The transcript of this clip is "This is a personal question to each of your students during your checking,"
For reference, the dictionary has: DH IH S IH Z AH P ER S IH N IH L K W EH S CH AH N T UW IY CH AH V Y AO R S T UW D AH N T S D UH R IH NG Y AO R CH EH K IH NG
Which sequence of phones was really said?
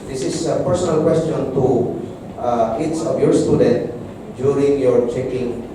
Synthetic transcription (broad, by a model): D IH S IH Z AH P ER S IH N IH L K W EH S CH AH N T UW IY S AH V Y AO R S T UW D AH N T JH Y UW R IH NG Y AO R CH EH K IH NG